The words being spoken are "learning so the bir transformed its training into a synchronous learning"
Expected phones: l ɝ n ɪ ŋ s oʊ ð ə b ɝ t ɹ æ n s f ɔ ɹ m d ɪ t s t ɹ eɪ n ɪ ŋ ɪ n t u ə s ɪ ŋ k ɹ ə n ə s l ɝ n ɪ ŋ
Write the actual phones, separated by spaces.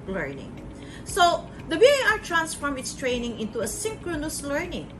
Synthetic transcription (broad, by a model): l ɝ n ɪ ŋ s oʊ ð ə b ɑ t ɹ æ n s f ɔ ɹ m ɪ t s t ɹ eɪ n ɪ ŋ ɪ n t u ə s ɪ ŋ k ɹ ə n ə s l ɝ n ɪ ŋ